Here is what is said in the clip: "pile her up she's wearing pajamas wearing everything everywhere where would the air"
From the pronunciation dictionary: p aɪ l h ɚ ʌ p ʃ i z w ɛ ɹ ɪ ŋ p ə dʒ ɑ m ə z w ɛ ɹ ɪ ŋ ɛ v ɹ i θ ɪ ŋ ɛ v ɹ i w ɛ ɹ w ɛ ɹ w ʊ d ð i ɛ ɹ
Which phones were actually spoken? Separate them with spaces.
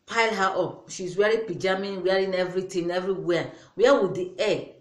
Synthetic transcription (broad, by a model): p aɪ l h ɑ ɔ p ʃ i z w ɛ ɹ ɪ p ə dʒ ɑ m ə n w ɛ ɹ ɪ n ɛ v ɹ i t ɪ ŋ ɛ v ɹ i w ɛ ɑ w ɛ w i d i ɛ